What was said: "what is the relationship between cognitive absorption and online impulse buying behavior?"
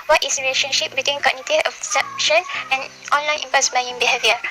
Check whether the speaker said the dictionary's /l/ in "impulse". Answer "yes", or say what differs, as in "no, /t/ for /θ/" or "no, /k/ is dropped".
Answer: no, /l/ is dropped